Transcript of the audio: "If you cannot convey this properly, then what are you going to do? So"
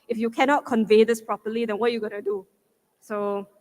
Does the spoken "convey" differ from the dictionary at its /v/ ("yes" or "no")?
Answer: no